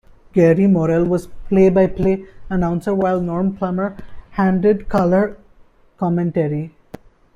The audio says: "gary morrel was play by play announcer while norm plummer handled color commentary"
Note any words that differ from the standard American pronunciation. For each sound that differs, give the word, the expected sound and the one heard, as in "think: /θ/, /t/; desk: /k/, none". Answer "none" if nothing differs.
handled: /l/, none